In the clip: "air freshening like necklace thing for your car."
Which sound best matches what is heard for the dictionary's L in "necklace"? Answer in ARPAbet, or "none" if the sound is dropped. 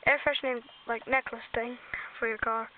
L